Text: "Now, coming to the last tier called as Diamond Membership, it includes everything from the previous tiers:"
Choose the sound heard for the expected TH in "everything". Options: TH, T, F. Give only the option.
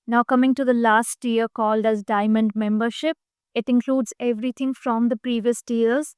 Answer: T